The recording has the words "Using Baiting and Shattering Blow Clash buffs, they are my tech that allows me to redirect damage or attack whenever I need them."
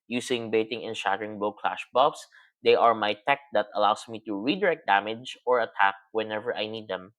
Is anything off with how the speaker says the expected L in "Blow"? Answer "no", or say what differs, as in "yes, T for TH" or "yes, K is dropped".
yes, L is dropped